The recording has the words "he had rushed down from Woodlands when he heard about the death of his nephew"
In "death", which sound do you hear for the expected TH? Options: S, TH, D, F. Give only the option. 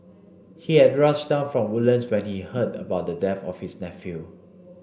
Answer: F